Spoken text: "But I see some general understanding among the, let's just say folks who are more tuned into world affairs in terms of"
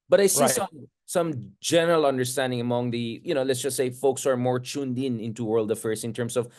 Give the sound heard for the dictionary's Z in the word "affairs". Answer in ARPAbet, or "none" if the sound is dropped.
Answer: S